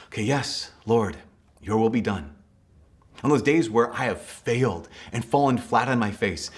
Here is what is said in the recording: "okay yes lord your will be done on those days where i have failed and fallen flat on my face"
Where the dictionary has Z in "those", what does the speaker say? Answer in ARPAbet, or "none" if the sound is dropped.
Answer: Z